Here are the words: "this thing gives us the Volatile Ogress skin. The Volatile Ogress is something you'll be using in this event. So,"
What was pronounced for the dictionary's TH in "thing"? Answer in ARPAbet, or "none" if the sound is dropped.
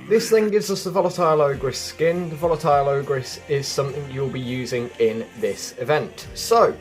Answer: TH